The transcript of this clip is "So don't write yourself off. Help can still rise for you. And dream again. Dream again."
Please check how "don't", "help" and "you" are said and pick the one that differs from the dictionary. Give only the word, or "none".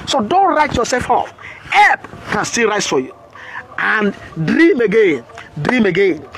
help